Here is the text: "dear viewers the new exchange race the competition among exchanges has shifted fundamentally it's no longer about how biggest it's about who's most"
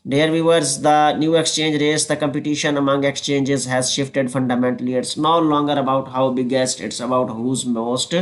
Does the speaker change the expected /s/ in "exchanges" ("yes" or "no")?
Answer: no